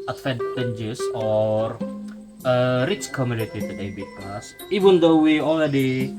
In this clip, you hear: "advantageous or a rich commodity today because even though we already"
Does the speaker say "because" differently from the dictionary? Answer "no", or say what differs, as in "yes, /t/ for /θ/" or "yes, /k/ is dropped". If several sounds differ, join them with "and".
yes, /s/ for /z/